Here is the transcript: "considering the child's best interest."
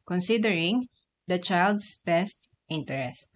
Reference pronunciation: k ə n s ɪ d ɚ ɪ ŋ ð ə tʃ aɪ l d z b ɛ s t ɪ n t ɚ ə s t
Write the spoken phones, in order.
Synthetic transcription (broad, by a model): k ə n s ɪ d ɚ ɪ ŋ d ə tʃ aɪ l d s b ɛ s t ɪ n t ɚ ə s t